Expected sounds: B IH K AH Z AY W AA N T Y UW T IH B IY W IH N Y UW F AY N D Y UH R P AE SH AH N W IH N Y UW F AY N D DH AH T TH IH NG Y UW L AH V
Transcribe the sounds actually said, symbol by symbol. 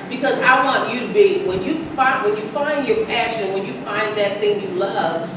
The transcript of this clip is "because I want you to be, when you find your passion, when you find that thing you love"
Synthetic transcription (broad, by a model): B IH K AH Z AY W AA N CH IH T IH B IY W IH N Y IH F AY N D Y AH R P AE SH AH N W IH N Y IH F AY N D DH AH T TH IH NG Y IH L AH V